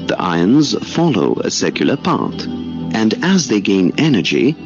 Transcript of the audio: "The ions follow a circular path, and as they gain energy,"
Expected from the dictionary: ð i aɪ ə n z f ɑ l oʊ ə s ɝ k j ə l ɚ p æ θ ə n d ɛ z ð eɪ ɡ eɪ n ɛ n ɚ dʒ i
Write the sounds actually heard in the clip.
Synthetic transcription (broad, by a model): ð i aɪ ə n z f ɑ l oʊ ə s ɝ k j l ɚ p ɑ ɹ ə n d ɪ z ð eɪ ɡ eɪ n ɛ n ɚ dʒ i